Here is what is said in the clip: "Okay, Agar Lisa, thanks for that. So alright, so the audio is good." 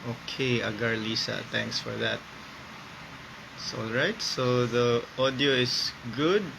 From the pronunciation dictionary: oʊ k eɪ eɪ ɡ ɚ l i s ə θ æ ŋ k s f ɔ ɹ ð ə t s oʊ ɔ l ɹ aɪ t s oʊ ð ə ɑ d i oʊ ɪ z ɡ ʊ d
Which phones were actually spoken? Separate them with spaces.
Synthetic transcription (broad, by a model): oʊ k eɪ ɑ ɡ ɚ l i s ə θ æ ŋ k s f ɔ ɹ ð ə t s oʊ ɔ l ɹ aɪ t s oʊ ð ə ɑ d i oʊ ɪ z ɡ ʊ d